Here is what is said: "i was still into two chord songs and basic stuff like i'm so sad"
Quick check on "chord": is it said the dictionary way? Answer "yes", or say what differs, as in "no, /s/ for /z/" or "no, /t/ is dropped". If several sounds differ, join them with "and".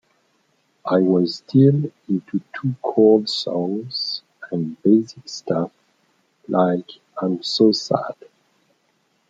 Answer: no, /l/ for /ɹ/